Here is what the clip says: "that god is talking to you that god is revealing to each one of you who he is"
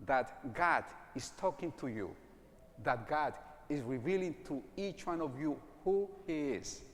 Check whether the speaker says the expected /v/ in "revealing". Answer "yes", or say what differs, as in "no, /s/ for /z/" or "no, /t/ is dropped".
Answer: yes